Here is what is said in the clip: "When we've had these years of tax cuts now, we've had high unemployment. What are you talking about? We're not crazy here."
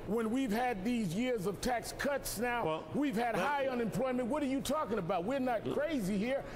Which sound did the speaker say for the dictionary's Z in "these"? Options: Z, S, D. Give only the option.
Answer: Z